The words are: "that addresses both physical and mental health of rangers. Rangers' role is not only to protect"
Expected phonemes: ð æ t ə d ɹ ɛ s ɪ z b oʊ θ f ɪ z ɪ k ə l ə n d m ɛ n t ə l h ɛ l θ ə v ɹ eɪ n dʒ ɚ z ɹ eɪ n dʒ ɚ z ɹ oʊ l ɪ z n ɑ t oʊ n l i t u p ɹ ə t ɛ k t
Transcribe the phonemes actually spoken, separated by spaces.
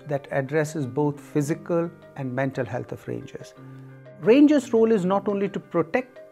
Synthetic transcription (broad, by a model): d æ t ə d ɹ ɛ s ɪ z b oʊ t f ɪ z ɪ k ə l ə n d m ɛ n t ə l h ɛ l t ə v ɹ eɪ n dʒ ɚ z ɹ eɪ n dʒ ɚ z ɹ oʊ l ɪ z n ɑ t oʊ n l i t u p ɹ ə t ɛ k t